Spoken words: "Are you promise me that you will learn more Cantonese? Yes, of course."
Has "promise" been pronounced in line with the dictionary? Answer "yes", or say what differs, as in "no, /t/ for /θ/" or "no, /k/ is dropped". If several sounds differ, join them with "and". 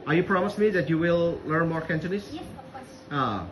yes